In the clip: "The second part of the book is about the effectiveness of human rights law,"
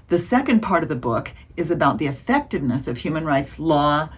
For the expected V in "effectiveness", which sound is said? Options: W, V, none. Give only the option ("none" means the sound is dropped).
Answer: V